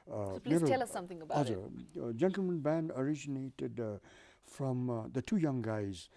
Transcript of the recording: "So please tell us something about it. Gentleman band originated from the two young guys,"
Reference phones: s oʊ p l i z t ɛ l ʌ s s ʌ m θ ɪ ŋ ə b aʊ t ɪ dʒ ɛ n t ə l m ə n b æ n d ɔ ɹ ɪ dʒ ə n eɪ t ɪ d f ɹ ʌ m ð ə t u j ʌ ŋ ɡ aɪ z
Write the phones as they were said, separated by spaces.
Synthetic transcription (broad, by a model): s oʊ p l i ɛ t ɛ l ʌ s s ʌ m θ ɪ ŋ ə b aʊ ɪ dʒ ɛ n t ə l m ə n b æ n d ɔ ɹ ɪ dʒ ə n eɪ t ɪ d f ɹ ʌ m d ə t u j ʌ ŋ ɡ aɪ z